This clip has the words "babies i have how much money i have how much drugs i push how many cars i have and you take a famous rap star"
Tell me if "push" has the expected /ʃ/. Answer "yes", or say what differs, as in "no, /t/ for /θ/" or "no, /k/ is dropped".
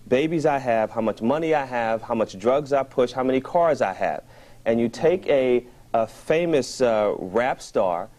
yes